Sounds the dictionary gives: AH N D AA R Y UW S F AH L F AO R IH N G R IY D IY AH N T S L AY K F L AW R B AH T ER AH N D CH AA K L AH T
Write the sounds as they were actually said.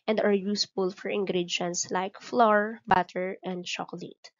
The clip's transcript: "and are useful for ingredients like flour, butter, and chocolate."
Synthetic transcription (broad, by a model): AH N D AA R Y UW S F AH L F AO R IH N G R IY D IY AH N T S L AY K F L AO R B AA T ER AH N D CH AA K L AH T